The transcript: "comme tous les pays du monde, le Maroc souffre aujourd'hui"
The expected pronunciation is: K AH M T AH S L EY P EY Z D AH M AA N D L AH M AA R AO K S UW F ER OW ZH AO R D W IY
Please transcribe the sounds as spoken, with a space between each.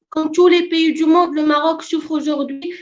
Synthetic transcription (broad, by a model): K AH T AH L EY P EY D AH M AA D L AH M AA R AO K S UW F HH OW ZH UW R D W IY